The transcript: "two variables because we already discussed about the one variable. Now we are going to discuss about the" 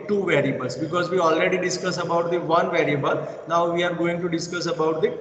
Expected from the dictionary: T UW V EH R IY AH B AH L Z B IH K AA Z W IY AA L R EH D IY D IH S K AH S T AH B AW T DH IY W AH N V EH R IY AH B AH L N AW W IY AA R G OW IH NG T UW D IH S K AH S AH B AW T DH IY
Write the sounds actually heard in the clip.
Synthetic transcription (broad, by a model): T UW V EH R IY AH B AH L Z B IH K AA Z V IY AA L R EH D IY D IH S K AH S AH B AW T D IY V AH N V EH R IY AH B AH L N AW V IY AA R G OW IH NG T UW D IH S K AH S AH B AW T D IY